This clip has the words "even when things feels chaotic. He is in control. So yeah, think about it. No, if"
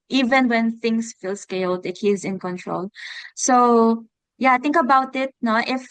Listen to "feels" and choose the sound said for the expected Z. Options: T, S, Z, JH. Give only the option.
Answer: S